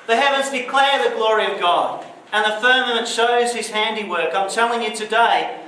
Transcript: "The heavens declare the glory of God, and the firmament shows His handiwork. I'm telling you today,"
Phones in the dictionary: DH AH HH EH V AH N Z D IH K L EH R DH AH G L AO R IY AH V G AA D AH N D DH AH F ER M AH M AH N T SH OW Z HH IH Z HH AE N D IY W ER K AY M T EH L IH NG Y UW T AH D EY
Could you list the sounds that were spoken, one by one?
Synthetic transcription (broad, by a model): DH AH HH EH V AH N Z D IH K L EH R DH AH G L AO R IY AH V G AA D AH N DH AH F ER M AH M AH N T SH OW Z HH IH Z HH AE N D IY W ER K AY M T EH L IH NG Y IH T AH D EY